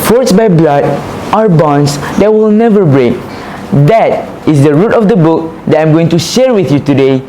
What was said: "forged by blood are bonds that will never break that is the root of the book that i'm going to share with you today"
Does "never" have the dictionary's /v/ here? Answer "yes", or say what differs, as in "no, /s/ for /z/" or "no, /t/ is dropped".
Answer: yes